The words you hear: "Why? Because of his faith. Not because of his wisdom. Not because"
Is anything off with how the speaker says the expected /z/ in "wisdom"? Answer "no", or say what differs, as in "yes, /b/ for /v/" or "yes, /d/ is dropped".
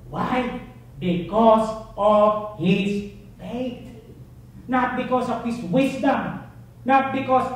yes, /s/ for /z/